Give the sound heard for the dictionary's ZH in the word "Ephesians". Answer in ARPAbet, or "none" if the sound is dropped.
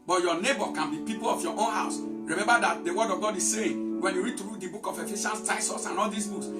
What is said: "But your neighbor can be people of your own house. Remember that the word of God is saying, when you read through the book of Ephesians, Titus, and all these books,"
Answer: SH